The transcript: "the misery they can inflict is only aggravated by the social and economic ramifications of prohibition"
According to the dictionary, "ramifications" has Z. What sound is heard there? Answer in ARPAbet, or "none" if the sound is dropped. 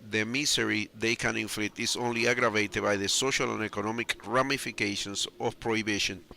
S